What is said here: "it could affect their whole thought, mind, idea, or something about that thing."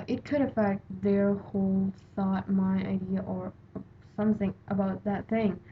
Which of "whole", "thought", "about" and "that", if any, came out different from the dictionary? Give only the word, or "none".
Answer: thought